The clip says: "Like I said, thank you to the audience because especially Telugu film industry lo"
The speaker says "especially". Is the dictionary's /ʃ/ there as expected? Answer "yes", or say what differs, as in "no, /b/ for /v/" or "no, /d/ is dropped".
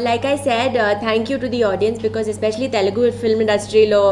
yes